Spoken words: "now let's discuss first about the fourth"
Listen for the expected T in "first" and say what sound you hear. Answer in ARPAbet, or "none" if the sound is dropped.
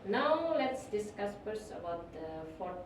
none